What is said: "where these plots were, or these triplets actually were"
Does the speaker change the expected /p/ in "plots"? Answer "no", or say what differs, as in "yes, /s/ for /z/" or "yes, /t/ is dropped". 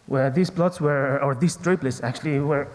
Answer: yes, /b/ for /p/